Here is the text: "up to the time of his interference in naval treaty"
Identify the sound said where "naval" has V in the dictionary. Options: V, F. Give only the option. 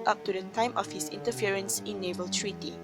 V